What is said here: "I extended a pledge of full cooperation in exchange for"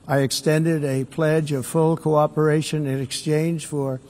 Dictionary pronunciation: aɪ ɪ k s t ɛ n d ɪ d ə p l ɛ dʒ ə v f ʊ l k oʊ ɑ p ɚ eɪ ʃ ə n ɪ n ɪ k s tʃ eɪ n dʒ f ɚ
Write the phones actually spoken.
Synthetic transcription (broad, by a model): aɪ ɪ k s t ɛ n d ɪ d ə p l ɛ dʒ ə v f ʊ l k oʊ ɑ p ɚ eɪ ʃ ə n ɪ n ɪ k s tʃ eɪ n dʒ f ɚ